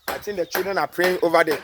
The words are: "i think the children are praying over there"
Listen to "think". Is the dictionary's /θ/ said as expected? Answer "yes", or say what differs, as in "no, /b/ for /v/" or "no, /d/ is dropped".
no, /t/ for /θ/